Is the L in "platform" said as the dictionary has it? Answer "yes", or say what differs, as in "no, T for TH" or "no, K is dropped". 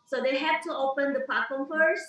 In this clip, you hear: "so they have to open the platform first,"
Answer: no, L is dropped